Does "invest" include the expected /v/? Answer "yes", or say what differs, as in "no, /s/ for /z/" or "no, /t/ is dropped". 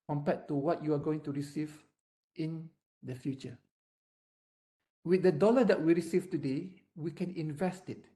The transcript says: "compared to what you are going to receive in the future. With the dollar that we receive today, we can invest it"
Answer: yes